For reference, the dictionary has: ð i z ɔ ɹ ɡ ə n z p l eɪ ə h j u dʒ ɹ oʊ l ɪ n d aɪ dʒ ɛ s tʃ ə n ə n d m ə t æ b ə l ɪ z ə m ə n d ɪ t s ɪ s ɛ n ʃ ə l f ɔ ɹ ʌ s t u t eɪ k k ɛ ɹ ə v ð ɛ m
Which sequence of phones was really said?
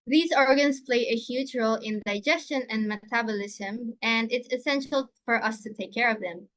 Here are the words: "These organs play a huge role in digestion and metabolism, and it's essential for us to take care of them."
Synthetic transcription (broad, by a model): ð i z ɔ ɹ ɡ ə n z p l eɪ ə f j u tʃ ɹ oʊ l ɪ n d aɪ dʒ ɛ s tʃ ə n ə n d m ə t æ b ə l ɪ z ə m ə n d ɪ t s ɪ s ɛ n ʃ ə l f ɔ ɹ ʌ s t u t eɪ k k ɛ ɹ ə v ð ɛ m